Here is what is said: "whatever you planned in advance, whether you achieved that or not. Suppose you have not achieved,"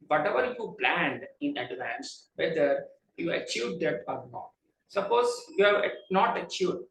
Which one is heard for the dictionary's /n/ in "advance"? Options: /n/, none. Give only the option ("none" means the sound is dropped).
/n/